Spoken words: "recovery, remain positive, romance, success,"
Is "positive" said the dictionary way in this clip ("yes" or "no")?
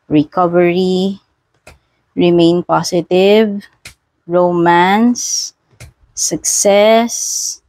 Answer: no